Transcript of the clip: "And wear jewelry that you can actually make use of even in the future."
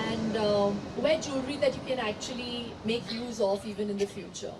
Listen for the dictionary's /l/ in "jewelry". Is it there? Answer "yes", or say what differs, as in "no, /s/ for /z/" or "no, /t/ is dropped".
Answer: no, /l/ is dropped